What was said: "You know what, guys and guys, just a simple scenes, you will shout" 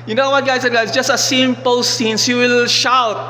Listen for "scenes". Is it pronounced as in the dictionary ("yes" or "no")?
no